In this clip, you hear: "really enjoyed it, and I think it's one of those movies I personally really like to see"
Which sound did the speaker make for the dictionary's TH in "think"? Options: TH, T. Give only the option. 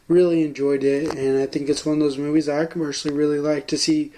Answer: TH